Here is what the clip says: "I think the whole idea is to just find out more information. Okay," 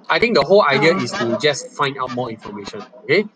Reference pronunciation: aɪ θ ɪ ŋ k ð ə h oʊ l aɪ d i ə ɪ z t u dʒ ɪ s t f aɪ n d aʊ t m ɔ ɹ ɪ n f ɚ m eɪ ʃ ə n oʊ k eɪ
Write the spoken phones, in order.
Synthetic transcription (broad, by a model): aɪ t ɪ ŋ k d ə h oʊ l aɪ d i ə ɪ s t u dʒ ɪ s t f aɪ n d aʊ t m ɔ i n f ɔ m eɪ ʃ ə n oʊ k eɪ